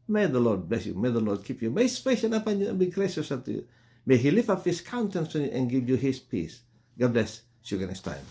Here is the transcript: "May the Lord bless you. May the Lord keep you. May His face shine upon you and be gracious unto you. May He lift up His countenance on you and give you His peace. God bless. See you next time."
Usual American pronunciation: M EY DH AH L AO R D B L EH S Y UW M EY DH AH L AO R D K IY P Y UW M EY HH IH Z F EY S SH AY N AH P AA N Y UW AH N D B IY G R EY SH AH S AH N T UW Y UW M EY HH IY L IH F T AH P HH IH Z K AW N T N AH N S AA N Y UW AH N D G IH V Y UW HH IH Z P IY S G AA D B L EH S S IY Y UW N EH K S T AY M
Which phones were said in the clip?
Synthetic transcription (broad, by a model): M EY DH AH L AO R D B L EH S Y UW M EY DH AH L AO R D K IY P Y UW M EY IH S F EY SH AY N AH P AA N Y UW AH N B IY G R EY SH AH S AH T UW Y UW M EY HH IY L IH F AH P HH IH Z K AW N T AH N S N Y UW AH N G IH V Y UW HH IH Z P IY S G AA D B L EH S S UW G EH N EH S T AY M